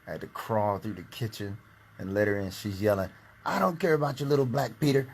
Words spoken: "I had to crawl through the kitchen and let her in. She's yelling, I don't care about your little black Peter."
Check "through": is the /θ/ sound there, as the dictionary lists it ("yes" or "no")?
yes